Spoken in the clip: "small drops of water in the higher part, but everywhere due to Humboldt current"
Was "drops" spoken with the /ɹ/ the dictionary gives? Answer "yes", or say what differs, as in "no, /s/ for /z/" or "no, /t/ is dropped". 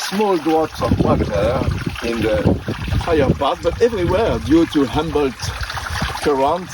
no, /w/ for /ɹ/